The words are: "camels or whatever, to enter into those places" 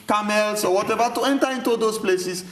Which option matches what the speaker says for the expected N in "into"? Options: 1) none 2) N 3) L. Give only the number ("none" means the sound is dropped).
2